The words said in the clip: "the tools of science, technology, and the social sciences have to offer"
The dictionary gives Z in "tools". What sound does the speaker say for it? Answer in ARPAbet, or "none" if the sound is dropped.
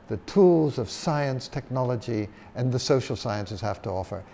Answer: Z